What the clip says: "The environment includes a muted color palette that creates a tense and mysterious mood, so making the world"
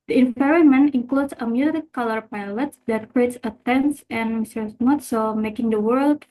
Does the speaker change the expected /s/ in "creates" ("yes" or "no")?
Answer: no